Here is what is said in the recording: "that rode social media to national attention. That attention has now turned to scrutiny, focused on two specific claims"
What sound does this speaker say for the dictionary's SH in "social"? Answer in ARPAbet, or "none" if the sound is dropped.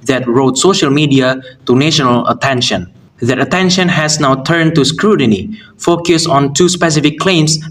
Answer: SH